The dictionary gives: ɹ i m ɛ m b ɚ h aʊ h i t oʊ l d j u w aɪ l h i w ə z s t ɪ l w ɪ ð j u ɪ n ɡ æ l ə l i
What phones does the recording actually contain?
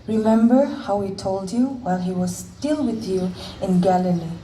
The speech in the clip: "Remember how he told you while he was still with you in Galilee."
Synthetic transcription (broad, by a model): ɹ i m ɛ m b ɚ h aʊ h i t oʊ l d j u w aɪ l h i w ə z s t ɪ l w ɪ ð j u ɪ n ɡ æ l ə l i